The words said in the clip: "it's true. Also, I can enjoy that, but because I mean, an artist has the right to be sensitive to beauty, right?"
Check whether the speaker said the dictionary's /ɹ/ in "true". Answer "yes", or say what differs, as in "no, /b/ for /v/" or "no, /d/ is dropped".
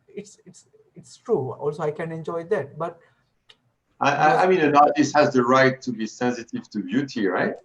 yes